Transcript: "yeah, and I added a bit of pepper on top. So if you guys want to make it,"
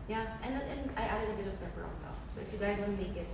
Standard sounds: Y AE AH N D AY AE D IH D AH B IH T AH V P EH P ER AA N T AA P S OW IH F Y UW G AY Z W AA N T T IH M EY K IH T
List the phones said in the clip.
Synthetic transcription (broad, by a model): Y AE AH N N AY AE D IH D AH B IH T AH V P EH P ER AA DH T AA S OW IH F Y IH G AY Z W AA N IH M EY K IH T